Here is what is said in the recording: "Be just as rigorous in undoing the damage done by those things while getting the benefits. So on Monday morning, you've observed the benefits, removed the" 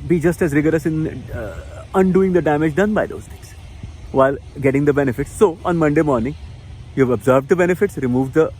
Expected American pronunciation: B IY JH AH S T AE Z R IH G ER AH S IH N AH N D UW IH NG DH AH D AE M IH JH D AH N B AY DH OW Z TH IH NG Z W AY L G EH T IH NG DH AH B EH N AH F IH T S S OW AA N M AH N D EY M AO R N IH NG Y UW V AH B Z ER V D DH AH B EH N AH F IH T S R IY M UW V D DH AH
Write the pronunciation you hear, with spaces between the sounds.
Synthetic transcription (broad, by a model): B IY JH AH S T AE Z R IH G ER AH S IH N AH N D UW IH NG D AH D AE M IH JH D AH N B AY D OW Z T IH NG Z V AY L G EH T IH NG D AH B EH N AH F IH T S S OW AA N M AH N D EY M AO R N IH NG Y UW V AH B Z ER V D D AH B EH N AH F IH T S R IY M UW V D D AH